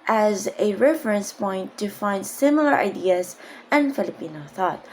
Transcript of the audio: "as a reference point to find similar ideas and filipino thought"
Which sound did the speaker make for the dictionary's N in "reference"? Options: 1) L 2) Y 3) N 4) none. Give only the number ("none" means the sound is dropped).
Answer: 3